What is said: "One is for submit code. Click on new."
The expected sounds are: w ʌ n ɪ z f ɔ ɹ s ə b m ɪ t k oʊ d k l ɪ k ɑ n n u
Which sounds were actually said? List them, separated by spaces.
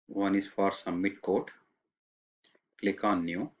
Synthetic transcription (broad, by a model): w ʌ n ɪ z f ɔ ɹ s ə m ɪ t k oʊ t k l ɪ k ɑ n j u